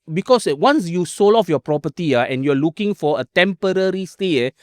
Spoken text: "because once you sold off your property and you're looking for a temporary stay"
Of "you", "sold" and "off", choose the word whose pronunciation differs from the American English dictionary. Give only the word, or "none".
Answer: sold